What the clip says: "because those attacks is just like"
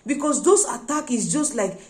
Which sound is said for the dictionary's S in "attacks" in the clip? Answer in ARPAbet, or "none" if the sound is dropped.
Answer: none